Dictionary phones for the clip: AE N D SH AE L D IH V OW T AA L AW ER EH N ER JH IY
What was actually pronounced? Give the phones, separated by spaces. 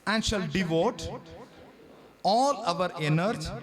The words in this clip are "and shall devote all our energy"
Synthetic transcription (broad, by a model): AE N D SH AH L D IH V OW T AA L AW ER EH N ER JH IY